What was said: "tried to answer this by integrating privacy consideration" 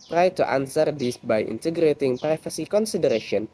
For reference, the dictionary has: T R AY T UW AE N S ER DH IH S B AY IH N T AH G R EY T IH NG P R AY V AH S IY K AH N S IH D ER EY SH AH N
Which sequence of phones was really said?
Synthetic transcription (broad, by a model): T R AY T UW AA N S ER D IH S B AY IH N T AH G R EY T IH NG P R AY F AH S IY K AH N S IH D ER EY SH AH N